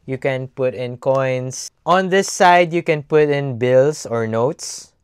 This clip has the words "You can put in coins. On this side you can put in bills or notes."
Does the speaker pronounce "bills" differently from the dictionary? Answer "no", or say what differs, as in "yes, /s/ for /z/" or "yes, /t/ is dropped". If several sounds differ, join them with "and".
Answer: yes, /s/ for /z/